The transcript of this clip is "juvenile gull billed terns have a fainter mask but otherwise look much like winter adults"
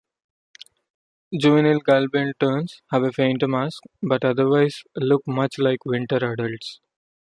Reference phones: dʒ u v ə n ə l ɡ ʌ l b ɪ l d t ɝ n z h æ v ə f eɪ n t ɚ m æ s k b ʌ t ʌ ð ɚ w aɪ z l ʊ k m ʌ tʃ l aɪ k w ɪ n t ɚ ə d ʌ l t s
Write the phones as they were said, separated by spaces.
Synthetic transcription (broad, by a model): dʒ u v ə n ə l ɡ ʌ l b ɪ n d t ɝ n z h æ v ə f eɪ n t m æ s k b ʌ t ʌ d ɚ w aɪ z l ʊ k m ʌ tʃ l aɪ k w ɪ n t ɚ ə d ʌ l t s